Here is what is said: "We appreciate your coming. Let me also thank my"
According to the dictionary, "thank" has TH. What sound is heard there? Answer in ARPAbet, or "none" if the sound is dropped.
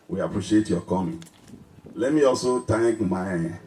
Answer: T